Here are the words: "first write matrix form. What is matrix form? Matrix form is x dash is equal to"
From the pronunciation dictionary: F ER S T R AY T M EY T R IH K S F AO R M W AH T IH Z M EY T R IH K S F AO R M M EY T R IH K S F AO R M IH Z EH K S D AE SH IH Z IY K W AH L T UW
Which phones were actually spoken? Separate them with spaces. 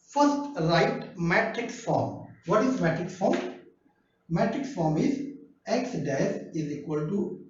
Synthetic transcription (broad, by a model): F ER S T R AY T M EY T R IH K S F AO R M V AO T IH Z M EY T R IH K S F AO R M M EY T R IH K S F AO R M IH Z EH K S D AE S IH Z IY K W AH L T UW